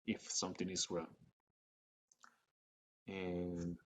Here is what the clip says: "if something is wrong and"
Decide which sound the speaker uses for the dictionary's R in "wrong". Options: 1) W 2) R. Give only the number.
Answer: 1